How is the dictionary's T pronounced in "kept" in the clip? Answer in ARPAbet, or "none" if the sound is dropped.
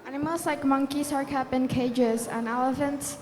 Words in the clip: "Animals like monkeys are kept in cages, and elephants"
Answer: none